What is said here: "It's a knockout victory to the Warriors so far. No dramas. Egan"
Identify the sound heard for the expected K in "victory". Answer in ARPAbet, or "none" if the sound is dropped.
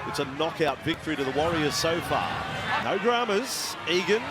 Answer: K